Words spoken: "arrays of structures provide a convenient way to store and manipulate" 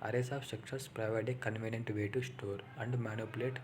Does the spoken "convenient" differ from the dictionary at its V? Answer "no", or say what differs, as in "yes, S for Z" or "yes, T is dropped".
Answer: no